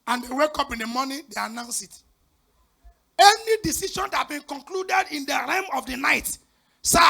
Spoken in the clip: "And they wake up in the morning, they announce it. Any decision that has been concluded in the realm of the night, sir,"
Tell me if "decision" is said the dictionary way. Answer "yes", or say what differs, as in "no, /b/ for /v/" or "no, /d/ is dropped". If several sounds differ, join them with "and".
no, /ʃ/ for /ʒ/